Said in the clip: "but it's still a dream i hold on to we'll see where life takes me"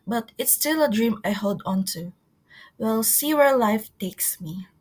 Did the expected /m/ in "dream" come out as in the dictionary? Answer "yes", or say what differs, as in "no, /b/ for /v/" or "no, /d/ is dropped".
yes